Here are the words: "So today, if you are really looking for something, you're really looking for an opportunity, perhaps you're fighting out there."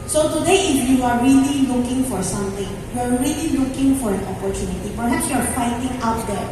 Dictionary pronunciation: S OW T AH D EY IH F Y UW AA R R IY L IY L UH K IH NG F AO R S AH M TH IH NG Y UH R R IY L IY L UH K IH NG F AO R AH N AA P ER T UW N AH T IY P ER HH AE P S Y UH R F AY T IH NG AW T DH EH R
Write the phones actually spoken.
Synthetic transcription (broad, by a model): S OW T AH D EY IH F Y UW AA R R IY L IY L UH K IH NG F AO R S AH M T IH NG Y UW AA R IY L IY L UH K IH NG F AO R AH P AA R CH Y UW N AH T IY P ER HH AE P S Y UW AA F AY T IH NG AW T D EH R